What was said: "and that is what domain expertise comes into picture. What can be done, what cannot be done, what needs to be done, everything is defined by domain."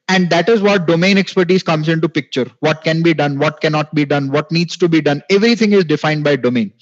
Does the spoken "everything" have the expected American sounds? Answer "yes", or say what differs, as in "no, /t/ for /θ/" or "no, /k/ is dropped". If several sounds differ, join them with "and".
no, /t/ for /θ/